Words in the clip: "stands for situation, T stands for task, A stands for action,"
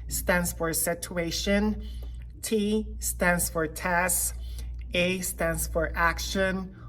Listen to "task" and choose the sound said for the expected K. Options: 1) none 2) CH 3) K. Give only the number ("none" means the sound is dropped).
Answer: 1